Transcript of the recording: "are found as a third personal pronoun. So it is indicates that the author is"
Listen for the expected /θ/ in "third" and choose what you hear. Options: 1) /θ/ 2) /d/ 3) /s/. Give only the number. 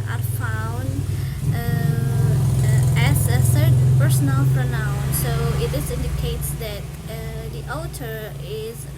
3